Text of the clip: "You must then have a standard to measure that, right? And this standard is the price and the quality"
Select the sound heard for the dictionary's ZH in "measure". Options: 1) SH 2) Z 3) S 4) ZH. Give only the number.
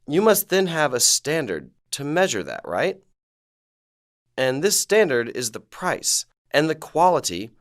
4